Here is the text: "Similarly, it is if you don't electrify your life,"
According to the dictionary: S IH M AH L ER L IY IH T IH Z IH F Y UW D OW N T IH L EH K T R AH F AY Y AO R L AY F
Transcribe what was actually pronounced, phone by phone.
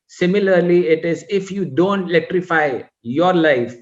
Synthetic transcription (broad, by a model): S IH M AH L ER L IY IH T IH Z IH F Y UW D OW N T IH L EH K T R AH F AY Y AO R L AY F